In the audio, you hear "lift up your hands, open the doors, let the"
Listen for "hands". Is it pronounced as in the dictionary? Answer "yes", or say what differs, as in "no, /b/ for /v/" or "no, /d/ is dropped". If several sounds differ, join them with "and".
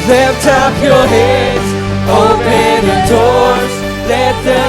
no, /n/ is dropped